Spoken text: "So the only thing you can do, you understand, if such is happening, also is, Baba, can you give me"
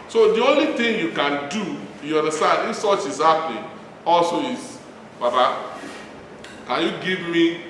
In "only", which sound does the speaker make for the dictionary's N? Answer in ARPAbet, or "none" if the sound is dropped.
N